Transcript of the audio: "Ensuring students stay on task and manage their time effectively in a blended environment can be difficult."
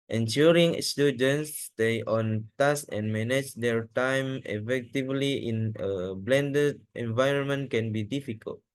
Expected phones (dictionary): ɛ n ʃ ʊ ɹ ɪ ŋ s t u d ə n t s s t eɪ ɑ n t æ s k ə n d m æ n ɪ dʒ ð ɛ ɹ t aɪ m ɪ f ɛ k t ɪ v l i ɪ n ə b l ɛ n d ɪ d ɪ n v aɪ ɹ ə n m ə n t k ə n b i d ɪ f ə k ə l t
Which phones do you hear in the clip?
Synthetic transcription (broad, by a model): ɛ n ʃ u ɹ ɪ ŋ s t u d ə n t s s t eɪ ɑ n t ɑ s ə n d m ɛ n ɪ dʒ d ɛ ɹ t aɪ m ɪ f ɛ k t ɪ v l i ɪ n ə b l ɛ n d ɪ d ɪ n v aɪ ɹ ə n m ə n t k ə n b i d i f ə k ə l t